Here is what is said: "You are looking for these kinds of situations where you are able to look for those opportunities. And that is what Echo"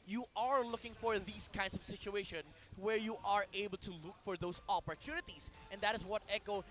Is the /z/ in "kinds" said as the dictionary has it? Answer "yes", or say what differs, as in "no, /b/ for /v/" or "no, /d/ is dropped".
no, /s/ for /z/